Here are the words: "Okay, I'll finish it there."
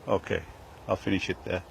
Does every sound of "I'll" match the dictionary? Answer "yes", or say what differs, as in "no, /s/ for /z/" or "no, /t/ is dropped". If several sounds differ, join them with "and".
yes